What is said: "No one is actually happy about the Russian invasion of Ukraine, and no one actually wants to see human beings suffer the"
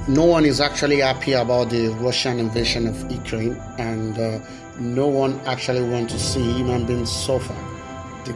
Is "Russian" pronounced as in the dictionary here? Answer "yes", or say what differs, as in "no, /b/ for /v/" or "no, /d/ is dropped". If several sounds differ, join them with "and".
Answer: yes